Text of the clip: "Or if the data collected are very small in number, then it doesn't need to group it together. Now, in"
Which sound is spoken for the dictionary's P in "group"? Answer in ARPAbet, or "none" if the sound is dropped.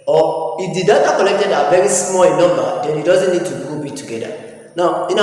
B